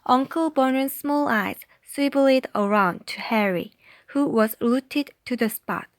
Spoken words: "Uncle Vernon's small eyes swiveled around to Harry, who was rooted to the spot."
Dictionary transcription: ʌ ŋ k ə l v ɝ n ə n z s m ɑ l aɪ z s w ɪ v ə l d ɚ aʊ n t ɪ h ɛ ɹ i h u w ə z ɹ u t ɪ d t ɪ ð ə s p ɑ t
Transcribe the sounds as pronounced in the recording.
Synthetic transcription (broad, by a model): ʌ ŋ k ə l b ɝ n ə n s m ɑ l aɪ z s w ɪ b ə l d ɚ aʊ n t ɪ h ɛ ɹ i h u w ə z l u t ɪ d t ɪ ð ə s p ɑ t